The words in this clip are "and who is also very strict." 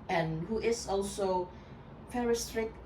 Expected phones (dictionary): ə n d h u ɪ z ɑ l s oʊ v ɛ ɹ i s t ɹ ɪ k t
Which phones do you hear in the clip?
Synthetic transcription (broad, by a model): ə n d h u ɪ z ɑ l s oʊ f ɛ ɹ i s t ɹ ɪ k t